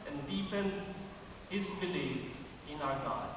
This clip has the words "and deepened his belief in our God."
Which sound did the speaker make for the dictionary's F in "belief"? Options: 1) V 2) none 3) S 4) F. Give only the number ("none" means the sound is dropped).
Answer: 2